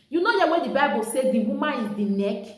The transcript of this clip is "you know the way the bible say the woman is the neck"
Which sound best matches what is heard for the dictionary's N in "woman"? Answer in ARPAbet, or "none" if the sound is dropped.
none